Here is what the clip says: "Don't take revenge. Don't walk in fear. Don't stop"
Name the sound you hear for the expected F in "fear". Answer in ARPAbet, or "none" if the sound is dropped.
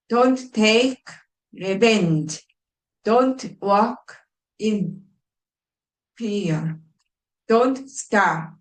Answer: P